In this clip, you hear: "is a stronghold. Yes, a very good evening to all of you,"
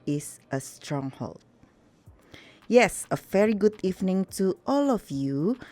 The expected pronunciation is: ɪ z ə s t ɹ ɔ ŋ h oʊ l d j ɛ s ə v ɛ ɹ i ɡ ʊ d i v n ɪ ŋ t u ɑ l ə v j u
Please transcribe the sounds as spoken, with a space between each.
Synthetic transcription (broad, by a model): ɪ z ə s t ɹ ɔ ŋ h oʊ l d j ɛ s ə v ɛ ɹ i ɡ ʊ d i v n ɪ ŋ t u ɑ l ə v j u